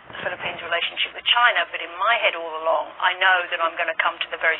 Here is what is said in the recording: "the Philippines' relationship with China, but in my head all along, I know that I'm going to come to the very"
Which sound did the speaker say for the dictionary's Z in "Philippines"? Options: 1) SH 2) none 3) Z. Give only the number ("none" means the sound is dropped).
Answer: 3